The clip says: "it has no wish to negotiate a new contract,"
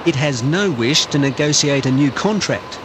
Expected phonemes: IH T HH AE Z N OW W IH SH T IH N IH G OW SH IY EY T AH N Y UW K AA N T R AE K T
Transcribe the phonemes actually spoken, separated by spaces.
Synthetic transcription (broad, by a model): IH T HH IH Z N OW W IH SH T IH N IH G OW S IY EY T AH N Y UW K AA N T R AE K T